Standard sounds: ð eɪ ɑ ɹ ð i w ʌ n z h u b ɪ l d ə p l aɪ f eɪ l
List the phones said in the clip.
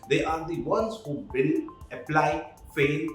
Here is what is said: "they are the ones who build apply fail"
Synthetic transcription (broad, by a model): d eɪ ɑ ɹ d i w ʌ n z h u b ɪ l ə p l aɪ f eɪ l